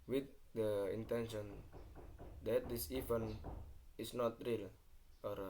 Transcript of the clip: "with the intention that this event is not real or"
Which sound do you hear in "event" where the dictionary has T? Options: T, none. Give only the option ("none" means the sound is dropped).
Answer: none